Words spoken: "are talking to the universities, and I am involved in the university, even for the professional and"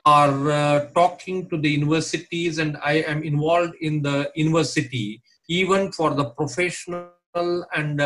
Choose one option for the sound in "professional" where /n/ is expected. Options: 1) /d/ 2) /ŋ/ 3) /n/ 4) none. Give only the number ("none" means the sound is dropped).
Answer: 3